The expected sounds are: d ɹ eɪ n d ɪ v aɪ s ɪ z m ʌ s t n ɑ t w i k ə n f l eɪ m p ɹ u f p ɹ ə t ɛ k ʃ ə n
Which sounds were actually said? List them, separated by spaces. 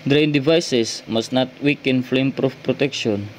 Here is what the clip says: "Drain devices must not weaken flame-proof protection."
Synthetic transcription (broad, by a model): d ɹ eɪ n d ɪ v aɪ s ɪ s m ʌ s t n ɑ t w i k ə n f l eɪ m p ɹ u f p ɹ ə t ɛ k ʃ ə n